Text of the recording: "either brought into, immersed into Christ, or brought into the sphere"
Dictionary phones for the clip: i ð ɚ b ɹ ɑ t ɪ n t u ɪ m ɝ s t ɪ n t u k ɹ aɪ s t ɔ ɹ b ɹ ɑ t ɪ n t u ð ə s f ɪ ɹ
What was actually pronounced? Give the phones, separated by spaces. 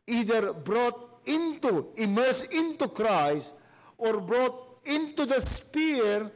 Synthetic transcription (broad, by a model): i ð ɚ b ɹ ɑ t ɪ n t u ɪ m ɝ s ɪ n t u k ɹ aɪ s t ɔ ɹ b ɹ ɑ t ɪ n t u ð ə s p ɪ ɹ